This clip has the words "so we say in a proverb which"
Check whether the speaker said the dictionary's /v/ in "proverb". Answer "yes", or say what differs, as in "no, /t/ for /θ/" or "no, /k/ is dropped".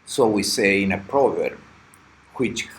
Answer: yes